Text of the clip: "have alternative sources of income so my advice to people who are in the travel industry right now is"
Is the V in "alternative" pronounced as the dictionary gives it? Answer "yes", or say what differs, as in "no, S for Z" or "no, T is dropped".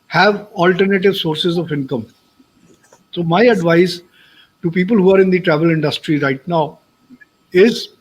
yes